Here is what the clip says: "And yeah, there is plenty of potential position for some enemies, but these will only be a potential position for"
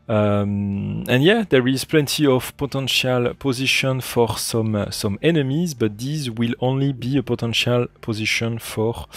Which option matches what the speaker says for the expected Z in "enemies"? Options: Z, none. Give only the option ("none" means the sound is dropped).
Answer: Z